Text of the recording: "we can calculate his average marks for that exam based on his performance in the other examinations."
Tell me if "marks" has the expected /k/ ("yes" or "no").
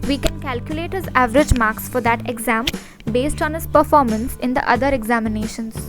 yes